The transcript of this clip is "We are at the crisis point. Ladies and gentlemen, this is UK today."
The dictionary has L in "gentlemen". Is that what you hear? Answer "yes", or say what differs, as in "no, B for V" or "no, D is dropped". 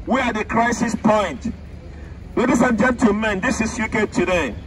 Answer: no, L is dropped